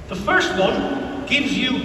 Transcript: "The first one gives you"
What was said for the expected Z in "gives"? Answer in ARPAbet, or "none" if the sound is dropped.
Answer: Z